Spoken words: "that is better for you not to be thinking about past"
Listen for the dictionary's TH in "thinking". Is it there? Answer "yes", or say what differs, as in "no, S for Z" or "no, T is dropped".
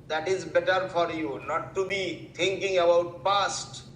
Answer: no, T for TH